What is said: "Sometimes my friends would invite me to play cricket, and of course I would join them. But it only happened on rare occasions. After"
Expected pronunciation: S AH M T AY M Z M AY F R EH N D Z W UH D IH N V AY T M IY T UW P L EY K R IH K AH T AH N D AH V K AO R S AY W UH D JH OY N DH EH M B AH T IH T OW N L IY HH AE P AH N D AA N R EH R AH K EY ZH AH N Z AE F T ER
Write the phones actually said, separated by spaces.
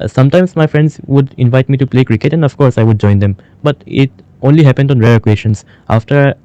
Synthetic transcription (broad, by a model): S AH M T AY M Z M AY F R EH N D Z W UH D IH N V AY T M IY T UW P L EY K R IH K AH T AH N D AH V K AO R S AY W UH D JH OY N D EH M B AH T IH T OW N L IY HH AE P AH N D AA N R EH R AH K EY SH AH N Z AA F T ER